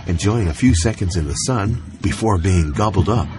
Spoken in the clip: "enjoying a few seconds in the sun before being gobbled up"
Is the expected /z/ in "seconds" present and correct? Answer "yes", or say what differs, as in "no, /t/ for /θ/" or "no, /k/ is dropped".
yes